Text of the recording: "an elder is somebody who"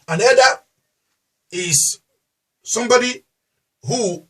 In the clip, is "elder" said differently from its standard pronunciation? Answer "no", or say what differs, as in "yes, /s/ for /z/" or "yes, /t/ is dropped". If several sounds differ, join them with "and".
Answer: yes, /l/ is dropped